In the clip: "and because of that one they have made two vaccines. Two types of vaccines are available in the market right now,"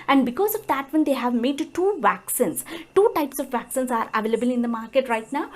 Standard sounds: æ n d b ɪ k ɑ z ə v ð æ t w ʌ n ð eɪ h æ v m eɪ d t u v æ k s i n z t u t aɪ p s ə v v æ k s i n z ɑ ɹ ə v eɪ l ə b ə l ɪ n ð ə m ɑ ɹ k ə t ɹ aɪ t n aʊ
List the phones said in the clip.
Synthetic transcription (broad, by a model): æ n d b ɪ k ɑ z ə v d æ t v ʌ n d eɪ h æ v m eɪ d t u v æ k s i n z t u t aɪ p s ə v v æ k s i n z ɑ ɹ ə v eɪ l ə b ə l ɪ n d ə m ɑ ɹ k ə t ɹ aɪ t n aʊ